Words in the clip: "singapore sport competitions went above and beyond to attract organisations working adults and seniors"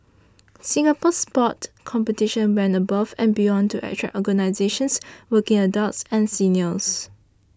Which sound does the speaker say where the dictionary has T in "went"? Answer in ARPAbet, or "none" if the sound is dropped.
none